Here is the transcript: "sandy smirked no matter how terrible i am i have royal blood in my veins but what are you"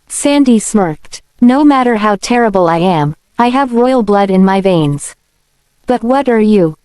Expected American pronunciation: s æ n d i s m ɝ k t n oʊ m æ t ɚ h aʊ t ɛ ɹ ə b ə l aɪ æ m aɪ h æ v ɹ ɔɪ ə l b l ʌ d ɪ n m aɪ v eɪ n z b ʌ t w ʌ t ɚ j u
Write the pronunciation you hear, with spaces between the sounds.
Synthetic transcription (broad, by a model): s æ n d i s m ɝ k t n oʊ m æ t ɚ h aʊ t ɛ ɹ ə b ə l aɪ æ m aɪ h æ v ɹ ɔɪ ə l b l ʌ d ɪ n m aɪ v eɪ n z b ʌ t w ʌ t ɚ j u